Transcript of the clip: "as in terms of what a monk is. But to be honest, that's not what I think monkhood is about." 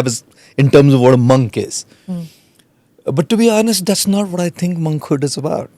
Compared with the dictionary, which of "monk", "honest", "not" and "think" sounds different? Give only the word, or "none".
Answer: think